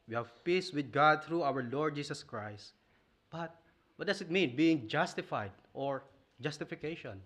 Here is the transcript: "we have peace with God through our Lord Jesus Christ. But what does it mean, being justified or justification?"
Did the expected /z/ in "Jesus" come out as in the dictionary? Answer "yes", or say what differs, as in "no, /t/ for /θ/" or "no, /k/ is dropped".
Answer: no, /s/ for /z/